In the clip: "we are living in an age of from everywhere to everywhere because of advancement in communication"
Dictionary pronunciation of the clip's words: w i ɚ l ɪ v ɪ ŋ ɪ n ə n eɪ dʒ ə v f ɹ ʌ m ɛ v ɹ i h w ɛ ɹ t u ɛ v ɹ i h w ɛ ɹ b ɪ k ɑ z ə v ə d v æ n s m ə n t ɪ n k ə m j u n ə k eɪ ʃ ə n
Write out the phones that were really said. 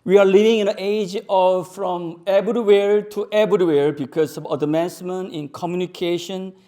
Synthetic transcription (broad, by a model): w i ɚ l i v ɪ ŋ ɪ n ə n eɪ dʒ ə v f ɹ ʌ m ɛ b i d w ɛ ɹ t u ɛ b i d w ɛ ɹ b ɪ k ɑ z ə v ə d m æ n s m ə n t ɪ n k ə m j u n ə k eɪ ʃ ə n